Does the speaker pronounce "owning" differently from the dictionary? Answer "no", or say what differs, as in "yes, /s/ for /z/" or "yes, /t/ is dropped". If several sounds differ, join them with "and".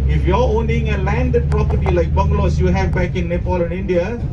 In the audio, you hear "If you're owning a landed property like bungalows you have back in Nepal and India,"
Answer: no